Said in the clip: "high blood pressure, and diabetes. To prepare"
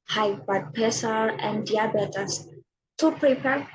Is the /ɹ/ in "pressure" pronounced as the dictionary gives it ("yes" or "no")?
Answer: no